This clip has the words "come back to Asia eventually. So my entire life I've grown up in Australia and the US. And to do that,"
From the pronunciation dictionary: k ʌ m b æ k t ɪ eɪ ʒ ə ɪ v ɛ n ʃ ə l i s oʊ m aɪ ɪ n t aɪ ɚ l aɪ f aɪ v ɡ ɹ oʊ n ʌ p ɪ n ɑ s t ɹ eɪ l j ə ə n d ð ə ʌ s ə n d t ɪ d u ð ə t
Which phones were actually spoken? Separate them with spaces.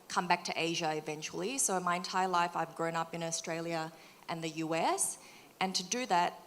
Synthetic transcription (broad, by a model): k ʌ m b æ k t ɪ eɪ ʒ ə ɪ v ɛ n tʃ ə l i s oʊ m aɪ ɪ n t aɪ ɚ l aɪ f aɪ v ɡ ɹ oʊ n ʌ p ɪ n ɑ s t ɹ eɪ l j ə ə n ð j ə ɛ s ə n t ɪ d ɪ ð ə t